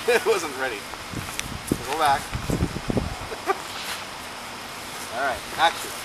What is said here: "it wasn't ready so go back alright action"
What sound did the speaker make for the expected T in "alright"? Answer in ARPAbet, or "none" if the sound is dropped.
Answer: T